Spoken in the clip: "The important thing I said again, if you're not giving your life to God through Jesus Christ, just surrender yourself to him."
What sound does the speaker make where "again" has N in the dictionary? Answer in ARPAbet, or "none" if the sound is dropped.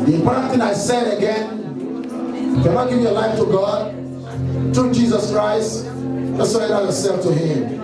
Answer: N